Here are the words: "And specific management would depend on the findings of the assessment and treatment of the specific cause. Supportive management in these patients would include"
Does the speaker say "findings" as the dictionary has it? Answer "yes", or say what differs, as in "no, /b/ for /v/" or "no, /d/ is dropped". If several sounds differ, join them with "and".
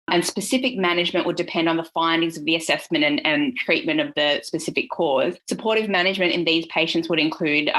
yes